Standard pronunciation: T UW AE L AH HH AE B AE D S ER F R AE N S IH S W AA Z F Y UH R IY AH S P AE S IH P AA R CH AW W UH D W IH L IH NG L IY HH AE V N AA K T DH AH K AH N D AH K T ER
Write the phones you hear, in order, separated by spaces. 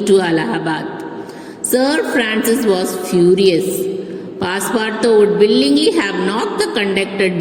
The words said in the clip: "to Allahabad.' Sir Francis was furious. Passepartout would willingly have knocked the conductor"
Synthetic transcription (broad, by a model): T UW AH L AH HH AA B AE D S ER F R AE N S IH S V AA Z F Y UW R IY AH S P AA S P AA R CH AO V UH D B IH L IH NG L IY HH AE V N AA T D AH K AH N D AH K T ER